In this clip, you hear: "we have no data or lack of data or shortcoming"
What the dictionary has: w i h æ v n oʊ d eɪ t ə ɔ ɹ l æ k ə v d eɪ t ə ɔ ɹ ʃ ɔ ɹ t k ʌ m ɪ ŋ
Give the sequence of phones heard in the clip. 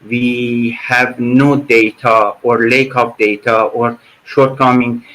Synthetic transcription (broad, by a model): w i h æ v n oʊ d eɪ t ə ɔ ɹ l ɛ k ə p d eɪ t ə ɔ ɹ ʃ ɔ ɹ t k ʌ m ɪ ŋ